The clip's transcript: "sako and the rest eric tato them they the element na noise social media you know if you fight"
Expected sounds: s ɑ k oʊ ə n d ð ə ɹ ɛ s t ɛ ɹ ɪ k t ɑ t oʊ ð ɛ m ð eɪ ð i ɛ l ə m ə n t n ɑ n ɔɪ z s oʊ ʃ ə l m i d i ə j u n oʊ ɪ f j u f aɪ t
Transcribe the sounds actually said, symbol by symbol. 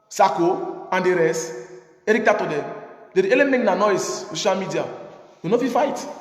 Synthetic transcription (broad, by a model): s ɑ k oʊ ə n d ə ɹ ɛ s ɛ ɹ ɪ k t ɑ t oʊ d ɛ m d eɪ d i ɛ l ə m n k n ɑ n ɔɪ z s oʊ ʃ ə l m i d i ə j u n oʊ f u f aɪ t